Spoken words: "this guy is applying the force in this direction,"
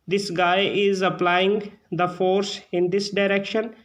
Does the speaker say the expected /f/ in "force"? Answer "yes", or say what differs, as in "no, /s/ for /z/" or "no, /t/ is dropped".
yes